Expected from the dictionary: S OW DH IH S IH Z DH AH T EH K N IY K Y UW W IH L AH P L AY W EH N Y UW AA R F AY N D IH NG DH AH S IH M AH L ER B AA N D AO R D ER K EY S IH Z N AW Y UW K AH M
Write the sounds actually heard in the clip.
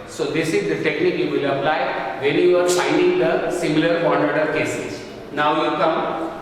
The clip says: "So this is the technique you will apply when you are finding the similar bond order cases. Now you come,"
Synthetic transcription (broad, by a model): S OW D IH S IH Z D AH T EH K N IY K Y UW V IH L AH P L AY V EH N Y UW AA R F AY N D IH NG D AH S IH M AH L ER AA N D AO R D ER K EY S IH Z N AW Y UW K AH M